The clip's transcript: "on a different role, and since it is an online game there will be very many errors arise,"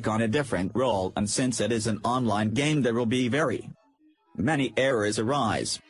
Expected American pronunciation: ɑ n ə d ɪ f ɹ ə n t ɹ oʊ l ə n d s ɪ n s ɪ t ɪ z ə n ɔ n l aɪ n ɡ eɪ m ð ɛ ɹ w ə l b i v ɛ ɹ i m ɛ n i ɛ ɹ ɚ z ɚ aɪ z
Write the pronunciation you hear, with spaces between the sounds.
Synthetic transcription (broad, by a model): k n ə d ɪ f ɹ ə n t ɹ oʊ l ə n s ɪ n s ɪ t ɪ z ə n ɔ n l aɪ n ɡ eɪ m ð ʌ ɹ w ə l b i v ɛ ɹ i m ɛ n i ɛ ɹ ɚ z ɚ aɪ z